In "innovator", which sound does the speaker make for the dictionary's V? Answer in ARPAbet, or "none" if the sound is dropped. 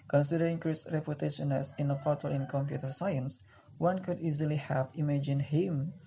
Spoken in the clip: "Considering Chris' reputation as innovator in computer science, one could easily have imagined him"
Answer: F